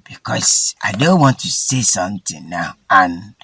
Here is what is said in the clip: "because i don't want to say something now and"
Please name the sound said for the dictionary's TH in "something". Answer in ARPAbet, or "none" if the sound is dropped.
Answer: T